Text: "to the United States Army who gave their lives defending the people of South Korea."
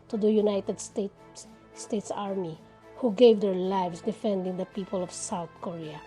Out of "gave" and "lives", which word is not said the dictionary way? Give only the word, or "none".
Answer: lives